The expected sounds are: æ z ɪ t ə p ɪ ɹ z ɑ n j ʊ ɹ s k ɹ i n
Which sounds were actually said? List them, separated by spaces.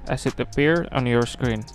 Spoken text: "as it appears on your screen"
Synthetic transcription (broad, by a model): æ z ɪ t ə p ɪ ɹ ɑ n j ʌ ɹ s k ɹ i n